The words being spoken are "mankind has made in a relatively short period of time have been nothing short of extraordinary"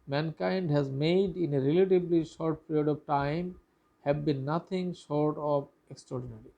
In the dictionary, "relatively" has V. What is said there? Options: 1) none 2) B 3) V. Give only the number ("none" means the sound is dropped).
2